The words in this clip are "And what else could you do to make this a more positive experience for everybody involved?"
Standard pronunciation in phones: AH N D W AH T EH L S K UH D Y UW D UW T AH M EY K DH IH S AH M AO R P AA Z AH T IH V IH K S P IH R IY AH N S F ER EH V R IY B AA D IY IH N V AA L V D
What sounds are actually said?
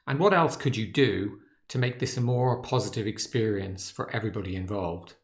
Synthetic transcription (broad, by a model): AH N W AH T EH L S K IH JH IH D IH T AH M EY K DH IH S AH M AO R P AA Z AH T IH V IH K S P IH R IY AH N S F ER EH V R IY B AA D IY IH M V AA L V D